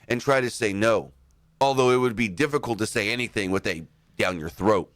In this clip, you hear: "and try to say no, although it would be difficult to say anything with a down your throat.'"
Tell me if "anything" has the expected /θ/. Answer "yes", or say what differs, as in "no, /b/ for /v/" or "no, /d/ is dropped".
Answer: yes